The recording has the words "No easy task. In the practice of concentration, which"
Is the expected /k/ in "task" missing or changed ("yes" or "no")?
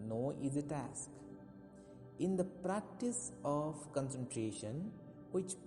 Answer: no